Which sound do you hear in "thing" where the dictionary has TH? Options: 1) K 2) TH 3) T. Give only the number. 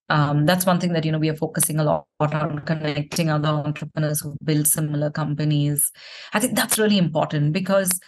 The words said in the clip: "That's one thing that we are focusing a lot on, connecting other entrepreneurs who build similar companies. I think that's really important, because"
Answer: 3